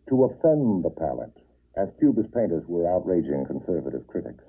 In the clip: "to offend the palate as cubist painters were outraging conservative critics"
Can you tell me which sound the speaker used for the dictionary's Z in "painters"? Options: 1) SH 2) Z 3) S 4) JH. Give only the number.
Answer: 2